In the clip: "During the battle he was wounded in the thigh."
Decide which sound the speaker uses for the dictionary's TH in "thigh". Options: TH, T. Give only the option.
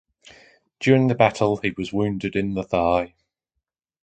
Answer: TH